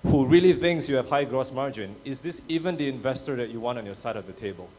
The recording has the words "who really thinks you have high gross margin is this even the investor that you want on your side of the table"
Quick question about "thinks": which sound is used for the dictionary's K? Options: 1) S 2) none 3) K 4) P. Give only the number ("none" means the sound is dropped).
3